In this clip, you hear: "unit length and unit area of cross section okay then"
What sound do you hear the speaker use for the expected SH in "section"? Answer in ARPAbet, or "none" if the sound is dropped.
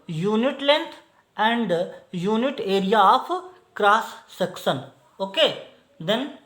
S